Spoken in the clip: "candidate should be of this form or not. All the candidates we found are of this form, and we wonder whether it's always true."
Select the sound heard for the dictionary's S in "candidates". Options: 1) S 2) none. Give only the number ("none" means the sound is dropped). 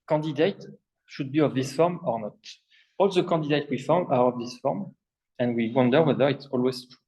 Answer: 2